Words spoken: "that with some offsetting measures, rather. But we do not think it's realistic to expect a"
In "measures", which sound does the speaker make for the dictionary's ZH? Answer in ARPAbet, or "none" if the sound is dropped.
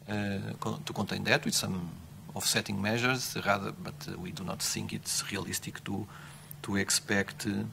ZH